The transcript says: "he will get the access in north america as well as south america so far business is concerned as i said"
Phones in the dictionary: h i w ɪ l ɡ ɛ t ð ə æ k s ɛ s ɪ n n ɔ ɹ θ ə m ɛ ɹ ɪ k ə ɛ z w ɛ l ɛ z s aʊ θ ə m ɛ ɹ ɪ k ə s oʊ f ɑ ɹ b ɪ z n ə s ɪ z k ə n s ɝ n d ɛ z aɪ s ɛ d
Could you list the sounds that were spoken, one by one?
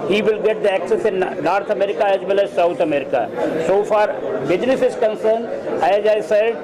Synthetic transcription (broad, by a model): h i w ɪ l ɡ ɛ t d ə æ k s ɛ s ɪ n n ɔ ɹ t ə m ɛ ɹ ɪ k ə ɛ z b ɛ l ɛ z s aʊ t ə m ɛ ɹ ɪ k ə s oʊ f ɑ ɹ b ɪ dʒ n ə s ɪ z k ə n s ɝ n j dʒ aɪ s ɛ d